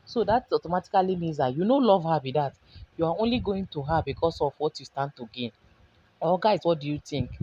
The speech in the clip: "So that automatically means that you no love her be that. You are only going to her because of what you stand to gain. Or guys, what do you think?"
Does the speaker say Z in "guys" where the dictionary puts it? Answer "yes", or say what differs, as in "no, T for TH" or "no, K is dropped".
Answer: no, S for Z